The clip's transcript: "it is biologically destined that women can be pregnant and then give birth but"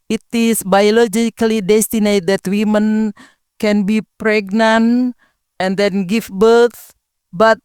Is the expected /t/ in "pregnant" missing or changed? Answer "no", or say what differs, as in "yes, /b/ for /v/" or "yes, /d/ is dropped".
no